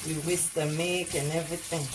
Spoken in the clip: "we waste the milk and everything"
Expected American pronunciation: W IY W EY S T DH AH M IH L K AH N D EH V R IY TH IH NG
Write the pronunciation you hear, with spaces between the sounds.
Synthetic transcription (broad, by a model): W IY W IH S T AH M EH K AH N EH V R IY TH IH NG